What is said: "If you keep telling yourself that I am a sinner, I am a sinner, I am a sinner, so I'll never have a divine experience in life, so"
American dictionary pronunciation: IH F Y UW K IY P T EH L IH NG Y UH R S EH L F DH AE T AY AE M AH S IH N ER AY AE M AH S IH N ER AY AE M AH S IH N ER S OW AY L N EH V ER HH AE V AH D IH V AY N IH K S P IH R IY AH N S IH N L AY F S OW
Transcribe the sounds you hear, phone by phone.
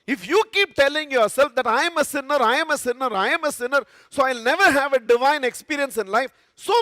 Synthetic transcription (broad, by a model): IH F Y UW K IY P T EH L IH NG Y UH R S EH L F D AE T AY M AH S IH N ER AY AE M AH S IH N ER AY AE M AH S IH N ER S OW AY L N EH V ER HH AE V AH D IH V AY N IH K S P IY R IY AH N S IH N L AY F S OW